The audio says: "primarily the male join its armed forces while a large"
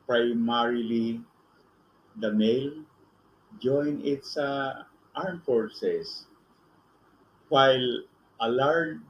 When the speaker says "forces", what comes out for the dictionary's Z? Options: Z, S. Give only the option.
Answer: S